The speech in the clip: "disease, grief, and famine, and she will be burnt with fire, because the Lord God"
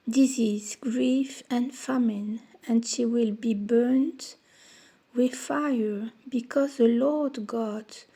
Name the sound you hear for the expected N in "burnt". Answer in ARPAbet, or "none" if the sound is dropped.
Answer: N